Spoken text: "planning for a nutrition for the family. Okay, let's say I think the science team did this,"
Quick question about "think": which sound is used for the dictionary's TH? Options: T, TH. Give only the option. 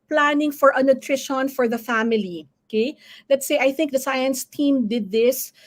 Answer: TH